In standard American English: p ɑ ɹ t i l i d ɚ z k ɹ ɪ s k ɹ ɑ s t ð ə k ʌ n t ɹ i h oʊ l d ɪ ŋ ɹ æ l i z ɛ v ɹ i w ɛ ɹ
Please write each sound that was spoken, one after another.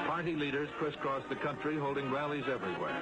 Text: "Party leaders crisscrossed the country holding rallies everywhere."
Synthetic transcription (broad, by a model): p ɑ ɹ t i l i d ɚ z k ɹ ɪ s k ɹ ɑ s ð ə k ʌ n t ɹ i h oʊ l d ɪ ŋ ɹ æ l i z ɛ v ɹ i w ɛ ɹ